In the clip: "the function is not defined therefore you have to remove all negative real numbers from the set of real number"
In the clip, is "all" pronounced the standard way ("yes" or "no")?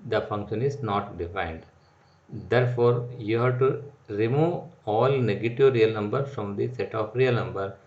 yes